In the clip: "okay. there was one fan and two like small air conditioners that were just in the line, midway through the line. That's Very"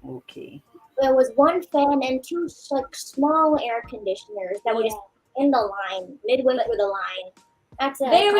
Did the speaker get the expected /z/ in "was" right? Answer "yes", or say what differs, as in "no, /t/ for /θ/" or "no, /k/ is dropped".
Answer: yes